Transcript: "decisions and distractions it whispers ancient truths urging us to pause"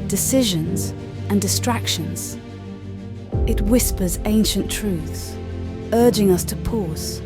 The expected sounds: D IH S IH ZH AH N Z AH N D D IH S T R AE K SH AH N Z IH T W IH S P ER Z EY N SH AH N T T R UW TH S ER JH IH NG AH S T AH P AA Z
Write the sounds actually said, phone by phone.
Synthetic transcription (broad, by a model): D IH S IH ZH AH N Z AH N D D IH S T R AE K SH AH N Z IH T W IH S P ER Z EY N SH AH N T T R UW TH S ER JH IH NG AH S T AH P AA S